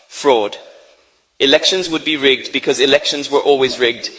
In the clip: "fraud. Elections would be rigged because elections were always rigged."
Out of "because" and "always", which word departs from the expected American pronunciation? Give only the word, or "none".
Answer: none